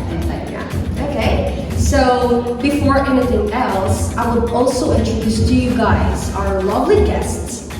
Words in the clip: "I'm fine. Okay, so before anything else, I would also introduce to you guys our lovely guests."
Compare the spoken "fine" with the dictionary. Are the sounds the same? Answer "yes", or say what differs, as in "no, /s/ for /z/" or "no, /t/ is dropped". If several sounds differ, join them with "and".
no, /n/ is dropped